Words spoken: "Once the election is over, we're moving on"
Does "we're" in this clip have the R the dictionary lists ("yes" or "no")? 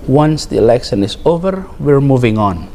yes